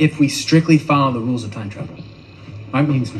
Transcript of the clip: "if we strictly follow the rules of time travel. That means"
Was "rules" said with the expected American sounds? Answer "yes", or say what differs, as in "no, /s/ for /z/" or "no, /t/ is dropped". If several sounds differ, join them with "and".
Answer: yes